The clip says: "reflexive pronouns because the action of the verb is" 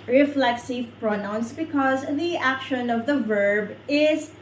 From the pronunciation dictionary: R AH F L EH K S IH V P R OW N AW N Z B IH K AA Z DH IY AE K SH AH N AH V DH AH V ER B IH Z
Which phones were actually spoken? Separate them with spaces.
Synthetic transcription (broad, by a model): R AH F L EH K S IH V P R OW N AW N S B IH K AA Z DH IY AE K SH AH N AH V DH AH V ER B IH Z